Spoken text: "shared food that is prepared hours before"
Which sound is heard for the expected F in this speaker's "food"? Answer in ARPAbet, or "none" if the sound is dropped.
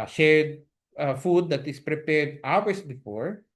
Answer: F